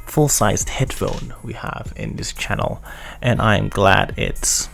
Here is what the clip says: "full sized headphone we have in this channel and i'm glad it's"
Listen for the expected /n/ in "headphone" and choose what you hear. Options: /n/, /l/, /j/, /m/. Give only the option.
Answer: /n/